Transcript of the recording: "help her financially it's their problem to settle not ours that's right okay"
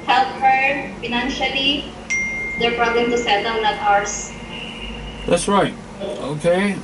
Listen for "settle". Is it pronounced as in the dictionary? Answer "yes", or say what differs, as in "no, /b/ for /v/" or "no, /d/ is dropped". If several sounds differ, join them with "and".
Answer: no, /w/ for /l/